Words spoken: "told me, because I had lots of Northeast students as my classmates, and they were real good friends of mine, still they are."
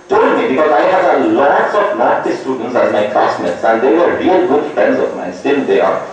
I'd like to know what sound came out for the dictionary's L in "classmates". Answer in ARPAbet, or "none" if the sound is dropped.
none